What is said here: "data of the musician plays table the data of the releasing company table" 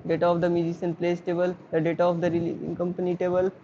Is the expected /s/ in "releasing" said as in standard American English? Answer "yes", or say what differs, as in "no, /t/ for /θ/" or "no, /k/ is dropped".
no, /s/ is dropped